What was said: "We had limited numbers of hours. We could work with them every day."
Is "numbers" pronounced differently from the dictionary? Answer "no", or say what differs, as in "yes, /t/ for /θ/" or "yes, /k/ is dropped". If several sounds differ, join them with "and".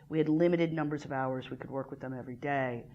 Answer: no